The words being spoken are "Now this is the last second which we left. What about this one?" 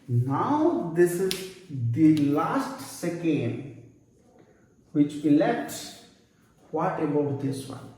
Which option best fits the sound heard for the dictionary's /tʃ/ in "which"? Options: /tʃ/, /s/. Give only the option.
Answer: /tʃ/